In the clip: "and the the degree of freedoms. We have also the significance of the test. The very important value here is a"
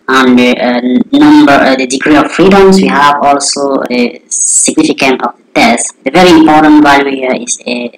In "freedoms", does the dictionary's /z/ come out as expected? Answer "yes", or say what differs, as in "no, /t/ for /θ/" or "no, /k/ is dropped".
no, /s/ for /z/